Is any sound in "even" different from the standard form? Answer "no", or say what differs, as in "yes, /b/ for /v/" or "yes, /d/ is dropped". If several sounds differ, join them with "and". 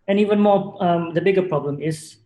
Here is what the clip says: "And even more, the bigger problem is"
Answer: no